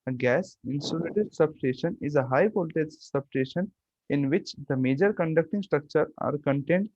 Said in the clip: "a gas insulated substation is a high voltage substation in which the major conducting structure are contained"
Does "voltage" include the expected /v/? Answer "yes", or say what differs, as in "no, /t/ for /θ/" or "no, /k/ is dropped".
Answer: no, /p/ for /v/